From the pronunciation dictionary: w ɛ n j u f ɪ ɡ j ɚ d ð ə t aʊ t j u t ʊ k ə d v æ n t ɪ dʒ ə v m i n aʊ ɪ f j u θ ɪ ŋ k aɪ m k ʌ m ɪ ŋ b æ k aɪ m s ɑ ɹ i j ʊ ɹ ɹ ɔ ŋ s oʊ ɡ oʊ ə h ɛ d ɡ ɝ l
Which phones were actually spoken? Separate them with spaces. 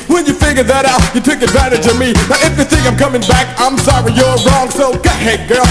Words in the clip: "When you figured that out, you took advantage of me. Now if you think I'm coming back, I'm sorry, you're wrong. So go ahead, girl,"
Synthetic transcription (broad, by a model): w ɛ n j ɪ f ɪ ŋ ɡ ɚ ð ə t aʊ t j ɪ t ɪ k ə d v æ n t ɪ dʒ ə v m i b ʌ ɪ f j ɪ θ ɪ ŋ aɪ m k ʌ m ɪ ŋ b æ k aɪ m s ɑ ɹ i j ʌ ɹ ɹ ɔ ŋ s oʊ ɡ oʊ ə h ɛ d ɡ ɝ